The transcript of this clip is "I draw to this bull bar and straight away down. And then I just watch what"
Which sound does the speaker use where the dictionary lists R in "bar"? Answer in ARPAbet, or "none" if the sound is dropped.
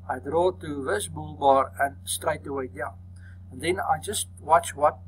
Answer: R